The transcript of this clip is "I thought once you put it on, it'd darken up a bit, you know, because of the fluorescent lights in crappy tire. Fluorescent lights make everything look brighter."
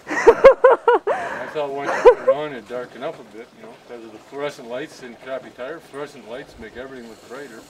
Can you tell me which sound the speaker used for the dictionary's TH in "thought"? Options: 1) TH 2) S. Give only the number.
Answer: 2